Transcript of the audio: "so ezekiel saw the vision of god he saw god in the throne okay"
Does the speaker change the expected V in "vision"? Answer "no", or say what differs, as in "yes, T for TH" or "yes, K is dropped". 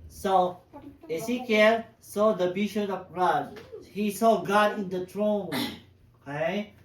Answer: yes, B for V